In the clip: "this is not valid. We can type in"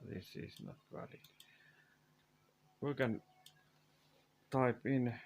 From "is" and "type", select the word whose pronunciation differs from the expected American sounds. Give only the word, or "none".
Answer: is